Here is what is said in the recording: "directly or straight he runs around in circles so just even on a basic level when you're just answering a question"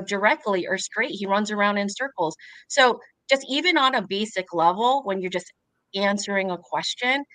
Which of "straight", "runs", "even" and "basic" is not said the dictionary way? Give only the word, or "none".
none